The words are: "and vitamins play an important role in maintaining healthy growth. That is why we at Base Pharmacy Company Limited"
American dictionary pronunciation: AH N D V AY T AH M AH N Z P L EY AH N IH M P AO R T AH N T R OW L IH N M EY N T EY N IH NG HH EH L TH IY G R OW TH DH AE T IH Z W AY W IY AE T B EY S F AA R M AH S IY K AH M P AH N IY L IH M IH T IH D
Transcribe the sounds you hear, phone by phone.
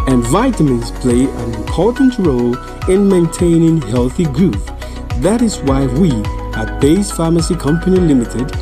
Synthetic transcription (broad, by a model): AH N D V AY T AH M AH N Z P L EY AH N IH M P AO R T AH N T R OW L IH N M EY N T EY N IH NG HH EH L TH IY G R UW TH DH AE T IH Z W AY W IY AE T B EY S F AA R M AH S IY K AH M P AH N IY L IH M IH T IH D